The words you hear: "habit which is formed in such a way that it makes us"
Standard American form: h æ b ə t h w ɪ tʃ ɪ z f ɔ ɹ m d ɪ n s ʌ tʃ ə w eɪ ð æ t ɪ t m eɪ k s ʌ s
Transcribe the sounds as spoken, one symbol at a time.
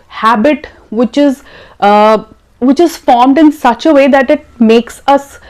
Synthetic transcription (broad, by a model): h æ b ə t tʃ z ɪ tʃ ɪ z f ɔ ɹ m d ɪ n s ʌ tʃ ə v eɪ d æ t ɪ t m eɪ k s ʌ s